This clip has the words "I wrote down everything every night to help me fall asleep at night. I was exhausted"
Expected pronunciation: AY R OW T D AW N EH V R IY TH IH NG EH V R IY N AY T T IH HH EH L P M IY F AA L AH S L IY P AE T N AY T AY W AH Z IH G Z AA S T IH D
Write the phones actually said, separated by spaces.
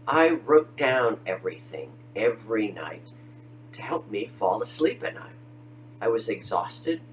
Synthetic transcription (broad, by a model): AY R OW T D AW N EH V R IY TH IH NG EH V R IY N AY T T IH HH EH L P M IY F AA L AH S L IY P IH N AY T AY W AH Z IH G Z AA S T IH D